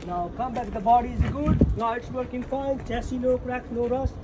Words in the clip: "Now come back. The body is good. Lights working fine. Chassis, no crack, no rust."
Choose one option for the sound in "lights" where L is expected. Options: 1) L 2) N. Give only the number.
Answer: 2